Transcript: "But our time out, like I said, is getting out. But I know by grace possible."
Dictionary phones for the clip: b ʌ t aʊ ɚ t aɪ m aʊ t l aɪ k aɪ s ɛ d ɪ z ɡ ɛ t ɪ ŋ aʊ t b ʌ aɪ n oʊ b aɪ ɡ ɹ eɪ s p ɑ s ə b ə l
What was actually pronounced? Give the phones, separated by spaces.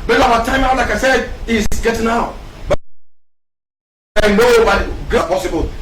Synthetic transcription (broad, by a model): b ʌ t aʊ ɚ t aɪ m aʊ t l aɪ k aɪ s ɛ d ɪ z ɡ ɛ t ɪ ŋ aʊ t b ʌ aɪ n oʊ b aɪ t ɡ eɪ p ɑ s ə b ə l